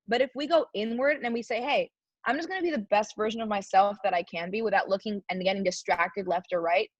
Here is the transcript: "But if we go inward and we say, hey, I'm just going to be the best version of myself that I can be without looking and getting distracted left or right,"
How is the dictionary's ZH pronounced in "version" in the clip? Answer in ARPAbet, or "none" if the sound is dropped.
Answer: ZH